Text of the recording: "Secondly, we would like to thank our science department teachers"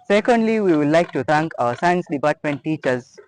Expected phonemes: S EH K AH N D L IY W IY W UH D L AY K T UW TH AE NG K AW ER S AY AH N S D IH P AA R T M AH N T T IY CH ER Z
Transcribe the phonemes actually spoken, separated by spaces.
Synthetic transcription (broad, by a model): S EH K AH N D L IY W IY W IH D L AY K T UW T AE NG K AW ER S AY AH N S D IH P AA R T M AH N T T IY CH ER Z